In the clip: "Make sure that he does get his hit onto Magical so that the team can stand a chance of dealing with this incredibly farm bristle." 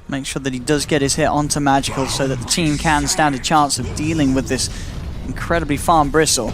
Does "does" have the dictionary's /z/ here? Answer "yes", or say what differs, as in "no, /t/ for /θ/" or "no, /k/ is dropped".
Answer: yes